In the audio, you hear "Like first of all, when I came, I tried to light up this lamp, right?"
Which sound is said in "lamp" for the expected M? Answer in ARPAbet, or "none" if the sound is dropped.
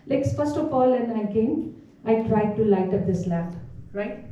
none